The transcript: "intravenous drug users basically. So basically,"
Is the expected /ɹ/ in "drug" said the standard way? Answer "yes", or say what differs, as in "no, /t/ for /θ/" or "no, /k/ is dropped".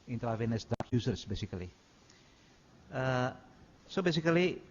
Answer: no, /ɹ/ is dropped